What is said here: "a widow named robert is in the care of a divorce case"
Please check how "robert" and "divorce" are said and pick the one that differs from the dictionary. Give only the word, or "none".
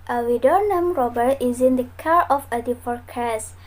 divorce